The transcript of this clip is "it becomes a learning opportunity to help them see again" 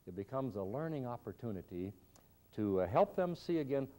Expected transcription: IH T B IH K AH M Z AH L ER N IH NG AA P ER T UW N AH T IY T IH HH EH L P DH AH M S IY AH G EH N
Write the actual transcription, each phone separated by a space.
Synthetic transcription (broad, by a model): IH T B IH K AH M Z AH L ER N IH NG AA P ER T UW N AH T IY T IH HH EH L P DH AH M S IY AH G EH N